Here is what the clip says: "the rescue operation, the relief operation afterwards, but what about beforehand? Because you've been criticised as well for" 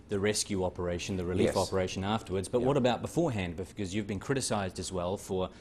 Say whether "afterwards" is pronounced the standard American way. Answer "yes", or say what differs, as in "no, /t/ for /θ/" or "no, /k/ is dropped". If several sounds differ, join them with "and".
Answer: yes